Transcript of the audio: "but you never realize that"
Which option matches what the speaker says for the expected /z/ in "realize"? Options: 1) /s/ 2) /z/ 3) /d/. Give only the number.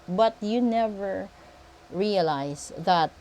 1